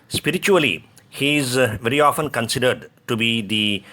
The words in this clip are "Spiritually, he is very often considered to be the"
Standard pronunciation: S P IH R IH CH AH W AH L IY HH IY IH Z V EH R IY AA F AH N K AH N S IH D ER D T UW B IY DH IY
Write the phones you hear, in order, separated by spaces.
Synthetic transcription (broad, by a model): S P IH R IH CH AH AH L IY HH IY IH Z V EH R IY AA F AH N K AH N S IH D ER D T UW B IY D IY